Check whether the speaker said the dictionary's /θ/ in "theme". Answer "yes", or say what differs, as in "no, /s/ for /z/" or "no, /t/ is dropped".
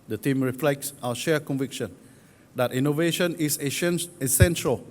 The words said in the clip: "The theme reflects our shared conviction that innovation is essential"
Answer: no, /t/ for /θ/